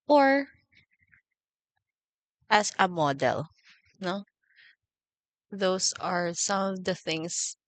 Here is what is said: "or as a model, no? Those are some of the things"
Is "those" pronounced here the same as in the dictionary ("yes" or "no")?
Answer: no